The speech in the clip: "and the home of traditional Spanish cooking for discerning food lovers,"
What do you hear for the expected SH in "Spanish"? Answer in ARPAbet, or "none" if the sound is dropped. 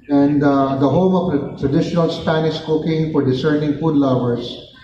S